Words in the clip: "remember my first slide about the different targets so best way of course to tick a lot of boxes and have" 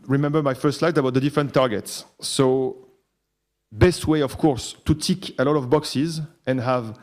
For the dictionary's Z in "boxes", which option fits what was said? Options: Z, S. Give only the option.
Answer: Z